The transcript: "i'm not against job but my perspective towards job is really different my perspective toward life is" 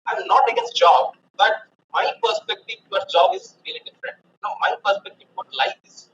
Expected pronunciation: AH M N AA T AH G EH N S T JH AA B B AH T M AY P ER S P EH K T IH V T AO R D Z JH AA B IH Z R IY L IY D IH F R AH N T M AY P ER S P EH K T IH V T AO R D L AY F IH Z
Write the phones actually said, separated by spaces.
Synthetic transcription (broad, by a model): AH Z N AA T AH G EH S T JH AA B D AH T M AY P ER S P EH K T IH V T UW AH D S JH AA B IH Z R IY L IY D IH F R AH N T M AY P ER S P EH K T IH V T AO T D L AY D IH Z